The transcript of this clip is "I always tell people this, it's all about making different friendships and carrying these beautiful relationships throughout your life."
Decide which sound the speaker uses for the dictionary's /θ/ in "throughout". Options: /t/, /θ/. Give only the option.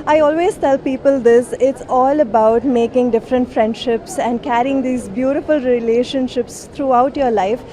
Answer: /t/